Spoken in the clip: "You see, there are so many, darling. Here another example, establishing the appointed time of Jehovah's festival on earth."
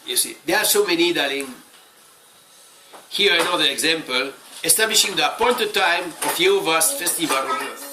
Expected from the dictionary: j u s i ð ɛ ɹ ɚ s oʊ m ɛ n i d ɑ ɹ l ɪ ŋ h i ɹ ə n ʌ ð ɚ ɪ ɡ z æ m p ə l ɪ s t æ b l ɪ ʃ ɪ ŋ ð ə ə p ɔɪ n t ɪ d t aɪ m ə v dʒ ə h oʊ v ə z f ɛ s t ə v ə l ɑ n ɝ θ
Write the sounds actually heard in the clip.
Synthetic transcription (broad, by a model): j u s i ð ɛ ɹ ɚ s oʊ m ɛ n i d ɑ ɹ ɪ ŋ h i ɹ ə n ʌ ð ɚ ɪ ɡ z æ m p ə l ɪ s t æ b l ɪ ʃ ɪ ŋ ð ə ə p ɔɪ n t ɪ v t aɪ m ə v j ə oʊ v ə s f ɛ s t ə v ə l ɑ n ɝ